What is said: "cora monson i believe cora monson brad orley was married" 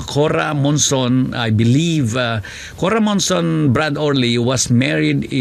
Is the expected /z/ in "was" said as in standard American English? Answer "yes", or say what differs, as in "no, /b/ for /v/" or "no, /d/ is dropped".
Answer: no, /s/ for /z/